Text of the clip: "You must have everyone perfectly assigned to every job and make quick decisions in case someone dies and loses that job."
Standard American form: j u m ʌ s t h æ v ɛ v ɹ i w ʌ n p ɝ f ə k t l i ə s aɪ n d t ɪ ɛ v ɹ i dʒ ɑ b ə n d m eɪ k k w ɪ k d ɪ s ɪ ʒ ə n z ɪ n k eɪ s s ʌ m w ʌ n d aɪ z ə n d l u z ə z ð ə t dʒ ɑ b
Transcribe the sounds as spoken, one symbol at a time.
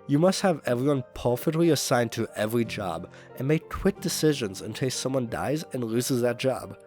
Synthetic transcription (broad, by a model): j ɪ m ʌ s t h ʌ v ɛ v ɹ i w ʌ n p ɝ f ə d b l i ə s aɪ n t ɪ ɛ v ɹ i dʒ ɑ b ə n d m eɪ k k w ɪ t d ɪ s ɪ ʒ ə n z ɪ n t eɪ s s ʌ m w ʌ n d aɪ z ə n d l u z ə z ð ə t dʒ ɑ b